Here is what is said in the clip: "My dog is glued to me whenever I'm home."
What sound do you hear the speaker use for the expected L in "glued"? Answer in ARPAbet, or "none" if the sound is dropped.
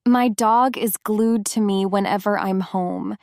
L